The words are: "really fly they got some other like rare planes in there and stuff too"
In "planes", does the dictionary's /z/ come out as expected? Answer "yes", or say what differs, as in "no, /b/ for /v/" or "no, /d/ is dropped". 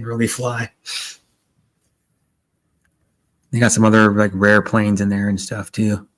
yes